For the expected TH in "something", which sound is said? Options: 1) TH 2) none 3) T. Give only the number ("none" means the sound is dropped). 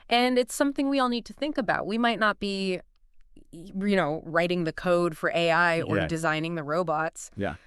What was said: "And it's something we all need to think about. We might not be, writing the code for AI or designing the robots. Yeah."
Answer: 1